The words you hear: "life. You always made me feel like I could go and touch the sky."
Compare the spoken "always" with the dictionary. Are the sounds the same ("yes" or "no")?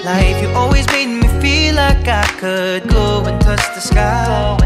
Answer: yes